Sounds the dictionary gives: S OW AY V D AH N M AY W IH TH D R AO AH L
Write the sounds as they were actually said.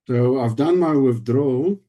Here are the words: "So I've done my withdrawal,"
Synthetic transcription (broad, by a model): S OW AY V D AH N M AY W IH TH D R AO